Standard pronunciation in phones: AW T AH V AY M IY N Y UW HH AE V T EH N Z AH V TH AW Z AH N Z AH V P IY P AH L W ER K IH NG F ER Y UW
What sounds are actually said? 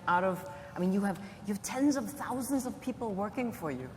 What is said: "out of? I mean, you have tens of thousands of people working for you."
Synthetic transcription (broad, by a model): AW T AH V AY M IY N Y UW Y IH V T EH N Z AH V TH AW Z AH N Z AH V P IY P L W ER K IH NG F ER Y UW